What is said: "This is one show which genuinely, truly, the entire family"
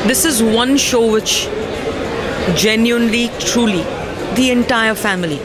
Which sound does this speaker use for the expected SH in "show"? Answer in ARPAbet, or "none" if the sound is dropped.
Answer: SH